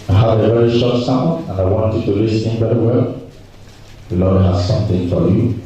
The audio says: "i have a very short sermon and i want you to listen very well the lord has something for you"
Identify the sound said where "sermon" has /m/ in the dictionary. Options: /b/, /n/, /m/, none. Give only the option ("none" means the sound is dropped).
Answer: none